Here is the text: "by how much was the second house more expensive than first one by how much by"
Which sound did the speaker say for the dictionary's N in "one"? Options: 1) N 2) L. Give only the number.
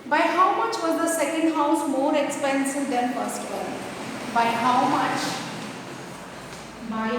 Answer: 2